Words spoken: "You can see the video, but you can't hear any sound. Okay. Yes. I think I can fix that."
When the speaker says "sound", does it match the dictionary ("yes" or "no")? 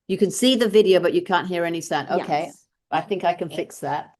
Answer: no